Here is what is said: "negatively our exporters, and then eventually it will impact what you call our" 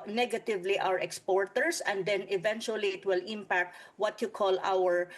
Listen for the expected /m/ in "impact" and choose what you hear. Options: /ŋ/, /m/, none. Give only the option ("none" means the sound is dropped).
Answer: /m/